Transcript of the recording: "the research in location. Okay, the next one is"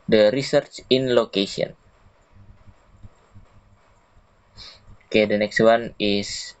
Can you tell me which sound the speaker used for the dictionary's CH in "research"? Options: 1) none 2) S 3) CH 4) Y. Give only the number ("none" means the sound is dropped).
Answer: 3